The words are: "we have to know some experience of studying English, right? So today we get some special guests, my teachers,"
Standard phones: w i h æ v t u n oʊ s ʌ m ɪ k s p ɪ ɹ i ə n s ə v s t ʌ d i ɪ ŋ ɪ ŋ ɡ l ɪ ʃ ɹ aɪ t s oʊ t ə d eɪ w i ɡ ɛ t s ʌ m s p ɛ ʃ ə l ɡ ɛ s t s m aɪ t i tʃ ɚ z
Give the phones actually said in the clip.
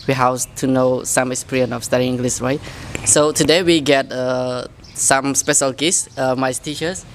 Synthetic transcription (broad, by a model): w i h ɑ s t u n oʊ s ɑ m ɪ k s p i ɹ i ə n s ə f s t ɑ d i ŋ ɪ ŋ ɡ l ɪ s ɹ aɪ t s oʊ t ə d eɪ w i ɡ ɛ t s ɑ m s p ɛ ʃ ə l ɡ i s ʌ m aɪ t i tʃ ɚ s